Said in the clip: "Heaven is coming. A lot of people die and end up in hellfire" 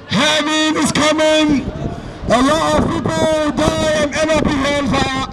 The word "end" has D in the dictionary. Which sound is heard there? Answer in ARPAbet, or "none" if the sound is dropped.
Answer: none